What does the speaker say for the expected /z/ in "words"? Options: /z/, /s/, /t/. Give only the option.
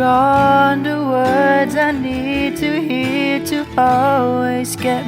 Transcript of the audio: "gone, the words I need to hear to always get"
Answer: /z/